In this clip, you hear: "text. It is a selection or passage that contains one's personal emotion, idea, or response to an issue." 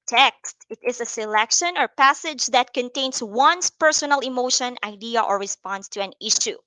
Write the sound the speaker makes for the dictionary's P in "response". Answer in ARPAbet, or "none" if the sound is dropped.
P